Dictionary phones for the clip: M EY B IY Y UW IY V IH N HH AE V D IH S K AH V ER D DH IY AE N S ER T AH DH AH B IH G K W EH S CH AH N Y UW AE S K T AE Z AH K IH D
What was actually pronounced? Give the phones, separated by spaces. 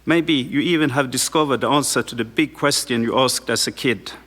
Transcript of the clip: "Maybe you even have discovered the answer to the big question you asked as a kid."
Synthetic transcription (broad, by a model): M EY B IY Y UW IY V IH N HH AE V D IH S K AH V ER D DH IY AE N S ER T AH DH AH B IH G K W EH S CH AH N Y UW AE S K T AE S AH K IH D